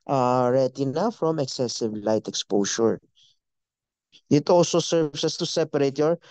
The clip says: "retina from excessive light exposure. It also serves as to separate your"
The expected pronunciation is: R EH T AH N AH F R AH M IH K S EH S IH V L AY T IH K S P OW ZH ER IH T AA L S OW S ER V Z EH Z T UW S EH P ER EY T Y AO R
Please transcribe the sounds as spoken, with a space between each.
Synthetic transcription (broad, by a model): R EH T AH N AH F R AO M IH K S EH S IH V L AY T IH K S P OW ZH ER IH T AA L S OW S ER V S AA S T UW S EH P ER EY T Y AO R